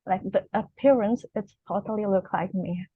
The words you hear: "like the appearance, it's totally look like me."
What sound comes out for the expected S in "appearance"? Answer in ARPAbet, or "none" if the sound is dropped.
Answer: S